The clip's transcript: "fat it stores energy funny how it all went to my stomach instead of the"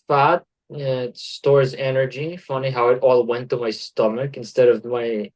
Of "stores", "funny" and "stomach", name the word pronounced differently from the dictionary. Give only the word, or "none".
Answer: none